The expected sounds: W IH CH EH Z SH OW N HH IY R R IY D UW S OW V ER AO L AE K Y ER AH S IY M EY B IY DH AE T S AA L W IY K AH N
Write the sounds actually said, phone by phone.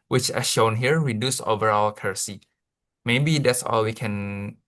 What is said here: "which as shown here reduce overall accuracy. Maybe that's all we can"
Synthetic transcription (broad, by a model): W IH CH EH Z SH OW N HH IY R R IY D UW S OW V ER AO L K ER S IY M EY B IY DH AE T S AA L W IY K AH N